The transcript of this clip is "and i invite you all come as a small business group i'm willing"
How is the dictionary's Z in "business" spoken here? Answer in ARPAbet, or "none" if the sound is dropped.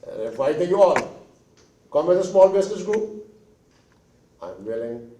S